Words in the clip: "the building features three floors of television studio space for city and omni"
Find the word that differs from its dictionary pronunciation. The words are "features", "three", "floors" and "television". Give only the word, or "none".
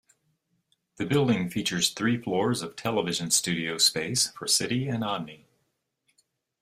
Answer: none